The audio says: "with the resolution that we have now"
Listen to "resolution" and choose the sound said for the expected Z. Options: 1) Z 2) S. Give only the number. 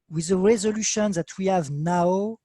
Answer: 1